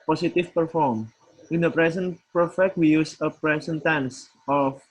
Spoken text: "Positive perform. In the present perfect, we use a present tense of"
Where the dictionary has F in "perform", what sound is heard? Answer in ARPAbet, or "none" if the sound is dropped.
F